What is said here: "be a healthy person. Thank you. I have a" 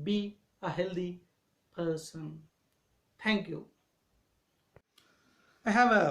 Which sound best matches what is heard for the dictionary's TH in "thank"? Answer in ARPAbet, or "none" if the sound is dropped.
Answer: T